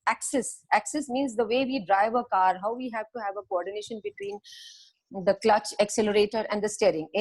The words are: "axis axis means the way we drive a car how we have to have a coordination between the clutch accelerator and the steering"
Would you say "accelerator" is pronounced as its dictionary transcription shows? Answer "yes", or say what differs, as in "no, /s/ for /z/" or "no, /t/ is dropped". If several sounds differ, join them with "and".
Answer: yes